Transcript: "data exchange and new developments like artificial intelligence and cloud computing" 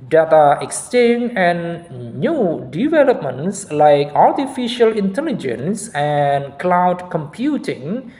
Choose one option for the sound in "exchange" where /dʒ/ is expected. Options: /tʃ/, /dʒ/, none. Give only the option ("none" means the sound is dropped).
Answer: none